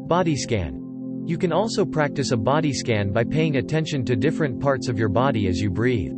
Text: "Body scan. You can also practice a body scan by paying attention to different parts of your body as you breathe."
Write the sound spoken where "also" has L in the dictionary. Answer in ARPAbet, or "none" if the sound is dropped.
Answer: L